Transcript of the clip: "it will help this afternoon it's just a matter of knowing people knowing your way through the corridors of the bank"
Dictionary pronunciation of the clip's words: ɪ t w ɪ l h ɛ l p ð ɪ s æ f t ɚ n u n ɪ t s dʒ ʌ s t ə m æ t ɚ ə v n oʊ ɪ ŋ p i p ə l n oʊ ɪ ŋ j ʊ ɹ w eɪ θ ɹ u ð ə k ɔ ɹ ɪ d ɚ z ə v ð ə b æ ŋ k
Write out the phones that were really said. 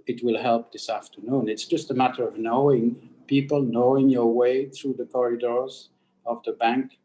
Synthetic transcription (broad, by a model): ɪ t w ɪ l h ɛ l p ð ɪ s æ f t ɚ n u n ɪ t s dʒ ʌ s t ə m æ t ɚ ə v n oʊ ɪ ŋ p i p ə l n oʊ ɪ ŋ j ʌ ɹ w eɪ θ ɹ u ð ə k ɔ ɹ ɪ d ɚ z ə v ð ə b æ ŋ k